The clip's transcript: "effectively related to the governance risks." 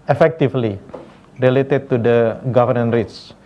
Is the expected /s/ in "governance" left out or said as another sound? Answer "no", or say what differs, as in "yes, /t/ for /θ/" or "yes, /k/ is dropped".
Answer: yes, /s/ is dropped